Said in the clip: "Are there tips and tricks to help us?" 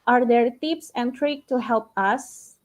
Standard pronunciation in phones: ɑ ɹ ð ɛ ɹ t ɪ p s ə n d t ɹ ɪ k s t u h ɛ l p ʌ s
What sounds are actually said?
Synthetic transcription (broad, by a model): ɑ ɹ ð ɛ ɹ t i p s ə n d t ɹ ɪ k t u h ɛ l p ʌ s